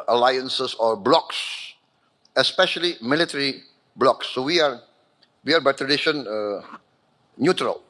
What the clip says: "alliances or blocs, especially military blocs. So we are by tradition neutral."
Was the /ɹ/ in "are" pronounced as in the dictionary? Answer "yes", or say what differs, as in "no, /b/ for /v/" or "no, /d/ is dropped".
no, /w/ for /ɹ/